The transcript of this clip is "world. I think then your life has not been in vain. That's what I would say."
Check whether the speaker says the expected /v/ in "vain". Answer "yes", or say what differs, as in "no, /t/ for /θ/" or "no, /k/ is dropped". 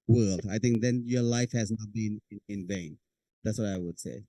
yes